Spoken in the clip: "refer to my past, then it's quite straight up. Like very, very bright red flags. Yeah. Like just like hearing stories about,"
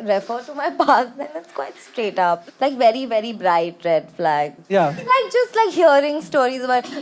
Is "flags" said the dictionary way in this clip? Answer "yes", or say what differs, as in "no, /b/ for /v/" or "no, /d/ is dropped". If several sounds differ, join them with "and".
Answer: no, /z/ is dropped